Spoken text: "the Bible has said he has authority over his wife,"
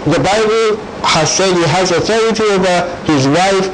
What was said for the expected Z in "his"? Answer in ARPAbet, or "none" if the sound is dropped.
Z